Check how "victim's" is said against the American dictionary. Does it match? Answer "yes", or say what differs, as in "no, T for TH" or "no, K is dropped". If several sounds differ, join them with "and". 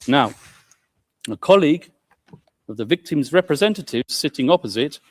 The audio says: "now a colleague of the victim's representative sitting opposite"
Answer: yes